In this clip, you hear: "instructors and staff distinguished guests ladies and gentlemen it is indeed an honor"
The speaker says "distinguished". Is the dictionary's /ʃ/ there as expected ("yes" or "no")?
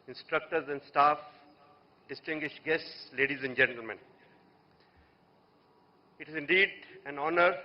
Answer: yes